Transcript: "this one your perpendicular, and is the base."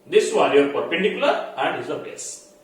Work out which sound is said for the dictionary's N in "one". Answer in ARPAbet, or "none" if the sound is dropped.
L